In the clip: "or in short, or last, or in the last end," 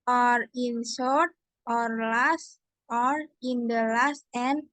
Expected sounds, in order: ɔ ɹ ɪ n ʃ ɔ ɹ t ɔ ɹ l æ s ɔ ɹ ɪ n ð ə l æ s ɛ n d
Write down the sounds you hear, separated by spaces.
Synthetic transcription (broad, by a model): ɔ ɹ ɪ n s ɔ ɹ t ɔ ɹ l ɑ s ɔ ɹ ɪ n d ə l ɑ s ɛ n